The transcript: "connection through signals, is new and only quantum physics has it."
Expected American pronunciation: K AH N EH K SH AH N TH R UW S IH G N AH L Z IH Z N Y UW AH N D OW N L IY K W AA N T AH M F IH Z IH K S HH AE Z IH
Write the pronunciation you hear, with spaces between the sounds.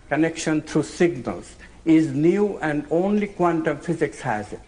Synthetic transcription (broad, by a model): K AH N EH K SH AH N T R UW S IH G N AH L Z IH Z N Y UW AH N D OW N L IY K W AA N T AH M F IH Z IH K S HH AE Z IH